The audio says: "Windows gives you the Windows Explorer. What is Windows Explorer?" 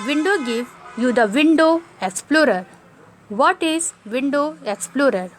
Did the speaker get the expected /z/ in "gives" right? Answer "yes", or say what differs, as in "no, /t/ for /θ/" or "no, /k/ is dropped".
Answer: no, /z/ is dropped